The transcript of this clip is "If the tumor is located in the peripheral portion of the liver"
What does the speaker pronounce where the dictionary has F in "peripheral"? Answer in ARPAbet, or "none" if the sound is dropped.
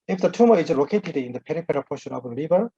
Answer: P